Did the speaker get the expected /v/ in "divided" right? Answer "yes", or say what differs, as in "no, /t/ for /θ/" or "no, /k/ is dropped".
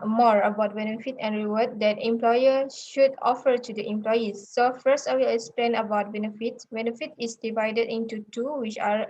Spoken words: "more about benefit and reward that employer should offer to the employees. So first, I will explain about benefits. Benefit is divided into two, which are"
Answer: yes